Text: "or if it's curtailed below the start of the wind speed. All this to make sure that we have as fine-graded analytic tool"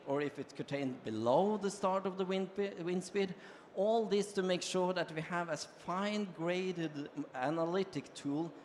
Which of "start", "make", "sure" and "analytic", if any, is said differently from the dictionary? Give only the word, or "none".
none